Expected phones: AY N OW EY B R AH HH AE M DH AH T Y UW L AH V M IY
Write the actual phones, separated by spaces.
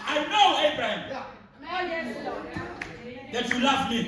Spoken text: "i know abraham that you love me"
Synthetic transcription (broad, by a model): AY N OW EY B R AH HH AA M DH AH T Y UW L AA F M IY